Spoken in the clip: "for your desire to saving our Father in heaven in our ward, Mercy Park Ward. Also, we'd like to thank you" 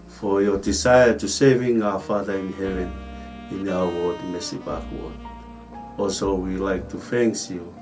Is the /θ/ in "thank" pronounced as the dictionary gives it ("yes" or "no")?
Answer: no